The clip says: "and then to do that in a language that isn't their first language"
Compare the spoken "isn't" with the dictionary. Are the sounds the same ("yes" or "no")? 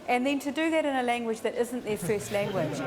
yes